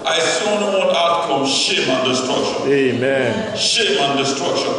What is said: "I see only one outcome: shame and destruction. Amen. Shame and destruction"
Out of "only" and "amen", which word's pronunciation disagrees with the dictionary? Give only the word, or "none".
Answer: only